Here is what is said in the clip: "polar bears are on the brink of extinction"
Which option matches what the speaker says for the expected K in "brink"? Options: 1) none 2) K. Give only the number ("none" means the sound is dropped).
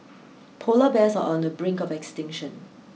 2